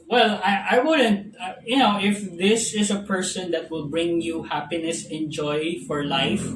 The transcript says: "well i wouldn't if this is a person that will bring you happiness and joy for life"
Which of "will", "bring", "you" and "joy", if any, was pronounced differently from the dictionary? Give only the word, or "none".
none